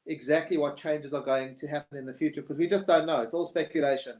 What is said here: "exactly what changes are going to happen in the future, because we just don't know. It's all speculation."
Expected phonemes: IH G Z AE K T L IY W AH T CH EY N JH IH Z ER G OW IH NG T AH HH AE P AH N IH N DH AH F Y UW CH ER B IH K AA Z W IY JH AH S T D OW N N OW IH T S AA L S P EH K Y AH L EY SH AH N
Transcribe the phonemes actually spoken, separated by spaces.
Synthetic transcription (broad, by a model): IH G Z AE K T L IY W AH T CH EY N JH IH Z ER G OW IH NG T AH HH AE P AH N IH N DH AH F Y UW CH ER K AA Z W IY JH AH S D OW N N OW IH T S AA L S P EH K Y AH L EY SH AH N